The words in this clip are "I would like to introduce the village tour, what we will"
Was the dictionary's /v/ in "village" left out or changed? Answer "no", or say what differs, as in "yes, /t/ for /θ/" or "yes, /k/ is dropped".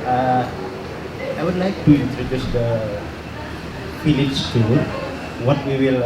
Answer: yes, /f/ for /v/